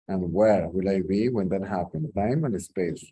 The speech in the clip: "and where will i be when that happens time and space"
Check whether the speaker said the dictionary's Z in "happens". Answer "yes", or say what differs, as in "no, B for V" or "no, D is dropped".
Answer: no, Z is dropped